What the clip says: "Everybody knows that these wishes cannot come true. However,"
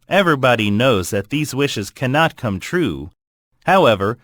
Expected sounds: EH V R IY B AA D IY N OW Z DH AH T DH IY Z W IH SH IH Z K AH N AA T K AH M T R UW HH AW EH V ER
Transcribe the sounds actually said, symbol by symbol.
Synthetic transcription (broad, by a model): EH V R IY B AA D IY N OW Z DH AH T DH IY Z W IH SH IH Z K AH N AA T K AH M T R UW HH AW EH V ER